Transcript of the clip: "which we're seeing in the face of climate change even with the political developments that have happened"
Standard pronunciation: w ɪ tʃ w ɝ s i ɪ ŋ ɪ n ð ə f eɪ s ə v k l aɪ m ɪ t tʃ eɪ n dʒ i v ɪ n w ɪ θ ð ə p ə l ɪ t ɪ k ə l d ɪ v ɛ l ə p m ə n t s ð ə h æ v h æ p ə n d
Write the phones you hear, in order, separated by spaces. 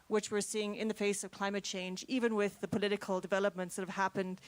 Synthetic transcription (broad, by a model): w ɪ tʃ w ɝ s i ɪ ŋ ɪ n ð ə f eɪ s ə v k l aɪ m ɪ t tʃ eɪ n dʒ i v ɪ n w ɪ ð ə p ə l ɪ t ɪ k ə l d ɪ v ɛ l ə p m ə n t s ð ə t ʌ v h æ p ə n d